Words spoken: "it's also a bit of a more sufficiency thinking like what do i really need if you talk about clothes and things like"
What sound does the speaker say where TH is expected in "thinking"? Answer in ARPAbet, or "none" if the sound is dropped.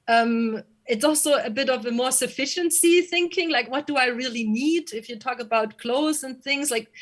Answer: TH